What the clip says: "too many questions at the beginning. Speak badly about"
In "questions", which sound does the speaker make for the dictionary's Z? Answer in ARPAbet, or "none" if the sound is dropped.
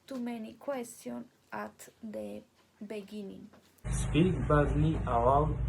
none